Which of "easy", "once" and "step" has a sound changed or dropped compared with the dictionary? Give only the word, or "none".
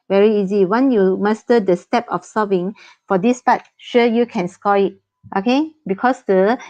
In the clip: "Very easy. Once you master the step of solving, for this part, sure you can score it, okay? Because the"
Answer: once